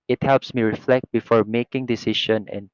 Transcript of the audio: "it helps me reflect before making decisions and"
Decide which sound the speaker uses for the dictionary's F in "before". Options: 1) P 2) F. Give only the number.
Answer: 2